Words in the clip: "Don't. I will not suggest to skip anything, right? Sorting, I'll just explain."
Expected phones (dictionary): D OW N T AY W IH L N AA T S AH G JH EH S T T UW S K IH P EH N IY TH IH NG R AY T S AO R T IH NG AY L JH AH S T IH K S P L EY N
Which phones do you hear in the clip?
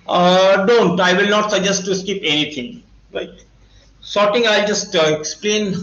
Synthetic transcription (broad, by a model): D OW N T AY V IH L N AA T S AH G JH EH S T T UW S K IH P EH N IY T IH NG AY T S AO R T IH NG AY L JH AH S T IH K S P L EY N